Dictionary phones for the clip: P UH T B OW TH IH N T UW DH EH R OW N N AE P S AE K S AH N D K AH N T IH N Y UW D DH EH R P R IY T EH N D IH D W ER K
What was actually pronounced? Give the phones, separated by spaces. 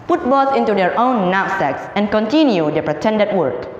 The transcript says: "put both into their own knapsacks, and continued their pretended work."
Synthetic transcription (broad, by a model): P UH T B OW S IH N T UW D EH R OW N N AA S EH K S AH N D K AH N T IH N Y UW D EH P R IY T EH N D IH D W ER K